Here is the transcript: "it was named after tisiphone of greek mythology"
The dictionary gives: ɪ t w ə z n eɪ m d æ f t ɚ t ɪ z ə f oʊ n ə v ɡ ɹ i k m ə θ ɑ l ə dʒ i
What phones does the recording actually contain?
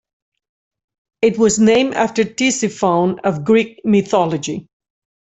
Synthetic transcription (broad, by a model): ɪ t w ə z n eɪ m æ f t ɚ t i s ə f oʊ n ə v ɡ ɹ i k m ə θ ɑ l ə dʒ i